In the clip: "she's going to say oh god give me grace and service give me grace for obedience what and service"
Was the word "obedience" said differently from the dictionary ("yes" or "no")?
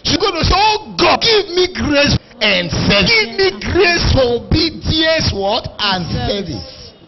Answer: yes